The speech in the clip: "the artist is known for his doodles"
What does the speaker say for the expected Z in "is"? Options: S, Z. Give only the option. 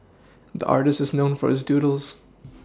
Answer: Z